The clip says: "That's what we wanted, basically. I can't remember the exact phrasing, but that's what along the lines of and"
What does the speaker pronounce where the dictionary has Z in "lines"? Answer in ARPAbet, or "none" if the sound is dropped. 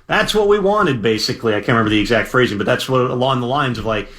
Z